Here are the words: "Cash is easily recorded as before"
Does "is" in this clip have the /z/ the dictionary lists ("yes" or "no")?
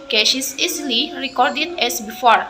no